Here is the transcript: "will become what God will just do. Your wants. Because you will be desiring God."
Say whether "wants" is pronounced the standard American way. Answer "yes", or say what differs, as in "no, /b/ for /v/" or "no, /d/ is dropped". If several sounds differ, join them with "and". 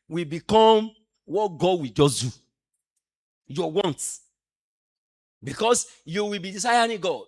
no, /s/ is dropped